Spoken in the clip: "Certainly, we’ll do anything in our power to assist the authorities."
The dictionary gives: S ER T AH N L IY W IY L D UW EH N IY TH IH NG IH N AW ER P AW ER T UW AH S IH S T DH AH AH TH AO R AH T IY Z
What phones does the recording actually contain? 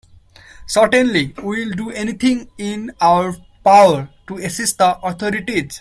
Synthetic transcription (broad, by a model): S ER T AH N L IY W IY L D UW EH N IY T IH NG IH N AW ER P AW ER T UW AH S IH S T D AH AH T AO R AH T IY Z